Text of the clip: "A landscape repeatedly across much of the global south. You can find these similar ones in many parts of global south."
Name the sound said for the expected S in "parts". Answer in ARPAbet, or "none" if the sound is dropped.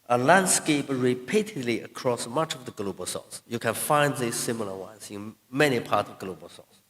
none